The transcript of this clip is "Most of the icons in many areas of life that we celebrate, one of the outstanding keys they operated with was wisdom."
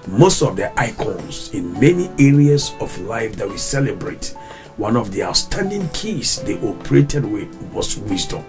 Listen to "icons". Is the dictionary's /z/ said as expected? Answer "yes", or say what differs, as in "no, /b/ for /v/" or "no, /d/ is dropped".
no, /s/ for /z/